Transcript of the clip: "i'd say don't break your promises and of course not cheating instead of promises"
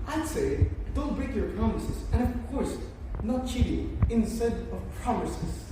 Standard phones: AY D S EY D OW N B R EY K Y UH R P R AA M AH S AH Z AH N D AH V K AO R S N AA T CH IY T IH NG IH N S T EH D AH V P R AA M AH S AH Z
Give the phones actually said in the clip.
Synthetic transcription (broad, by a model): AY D S EY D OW L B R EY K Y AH R P R AA M AH S AH Z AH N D AH V K AO R S N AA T CH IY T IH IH N S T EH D AH V P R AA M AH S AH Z